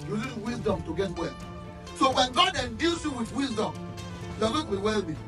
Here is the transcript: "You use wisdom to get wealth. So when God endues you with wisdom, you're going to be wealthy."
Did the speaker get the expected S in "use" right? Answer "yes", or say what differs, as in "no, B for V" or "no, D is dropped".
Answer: no, S is dropped